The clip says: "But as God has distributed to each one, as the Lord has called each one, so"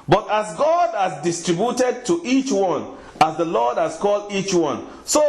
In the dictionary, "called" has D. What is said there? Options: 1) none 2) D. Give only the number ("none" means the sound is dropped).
2